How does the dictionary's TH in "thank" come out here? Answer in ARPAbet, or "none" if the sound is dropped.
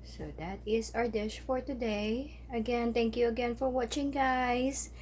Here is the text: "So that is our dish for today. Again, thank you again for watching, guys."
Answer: T